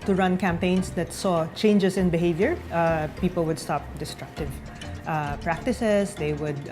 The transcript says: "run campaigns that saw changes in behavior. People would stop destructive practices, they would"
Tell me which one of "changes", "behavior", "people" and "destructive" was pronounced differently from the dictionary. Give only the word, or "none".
changes